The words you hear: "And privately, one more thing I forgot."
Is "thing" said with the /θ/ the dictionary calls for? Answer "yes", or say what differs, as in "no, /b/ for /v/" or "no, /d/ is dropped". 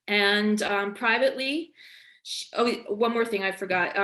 yes